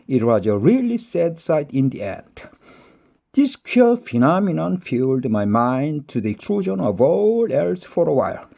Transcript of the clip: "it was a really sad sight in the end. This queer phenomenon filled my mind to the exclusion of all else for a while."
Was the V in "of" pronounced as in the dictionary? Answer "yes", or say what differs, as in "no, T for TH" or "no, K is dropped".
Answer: yes